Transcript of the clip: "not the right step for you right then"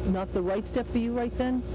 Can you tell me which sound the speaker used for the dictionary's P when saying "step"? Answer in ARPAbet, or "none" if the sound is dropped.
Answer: P